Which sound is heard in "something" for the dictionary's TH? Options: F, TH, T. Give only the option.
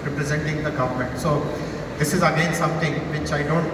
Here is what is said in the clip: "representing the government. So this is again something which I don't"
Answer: T